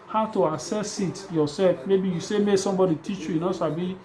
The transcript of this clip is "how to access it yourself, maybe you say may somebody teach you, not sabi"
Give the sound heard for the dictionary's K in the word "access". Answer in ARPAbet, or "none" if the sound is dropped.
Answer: none